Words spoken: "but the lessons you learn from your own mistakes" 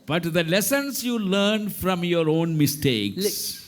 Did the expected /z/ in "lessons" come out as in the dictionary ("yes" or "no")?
no